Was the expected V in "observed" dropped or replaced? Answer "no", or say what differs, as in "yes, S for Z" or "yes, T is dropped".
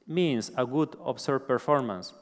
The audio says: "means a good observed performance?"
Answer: yes, V is dropped